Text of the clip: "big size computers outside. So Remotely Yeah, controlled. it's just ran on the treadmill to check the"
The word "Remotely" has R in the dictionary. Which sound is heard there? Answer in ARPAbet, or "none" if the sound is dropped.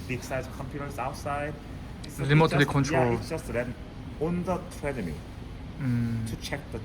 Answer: L